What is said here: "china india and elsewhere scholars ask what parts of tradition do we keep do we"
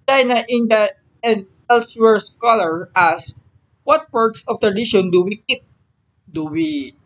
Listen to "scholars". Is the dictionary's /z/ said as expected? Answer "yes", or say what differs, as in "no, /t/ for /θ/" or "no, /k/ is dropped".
no, /z/ is dropped